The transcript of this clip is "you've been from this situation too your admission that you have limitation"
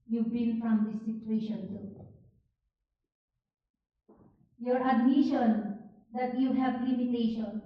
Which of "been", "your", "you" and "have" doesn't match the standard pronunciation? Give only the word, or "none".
been